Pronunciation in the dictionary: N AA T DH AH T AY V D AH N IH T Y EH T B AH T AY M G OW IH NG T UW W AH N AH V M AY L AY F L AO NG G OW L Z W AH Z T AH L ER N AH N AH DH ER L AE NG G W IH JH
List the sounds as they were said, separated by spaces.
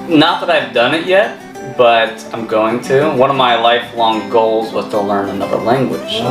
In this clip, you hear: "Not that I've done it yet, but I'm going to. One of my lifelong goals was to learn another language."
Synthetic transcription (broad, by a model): N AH T DH AH T AY V D AH N IH T Y EH T B AH T AY M G OW IH NG T UW W AH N AH V M AY L AY F L AO NG G OW L Z W AH Z T AH L ER N AH N AH DH ER L AE NG G W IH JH